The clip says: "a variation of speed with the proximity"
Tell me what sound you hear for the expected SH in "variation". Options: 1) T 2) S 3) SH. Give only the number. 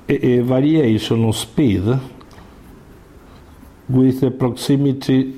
2